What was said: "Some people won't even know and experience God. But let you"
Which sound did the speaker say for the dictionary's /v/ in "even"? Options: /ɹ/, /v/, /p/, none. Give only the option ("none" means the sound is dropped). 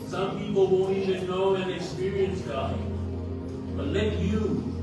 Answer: none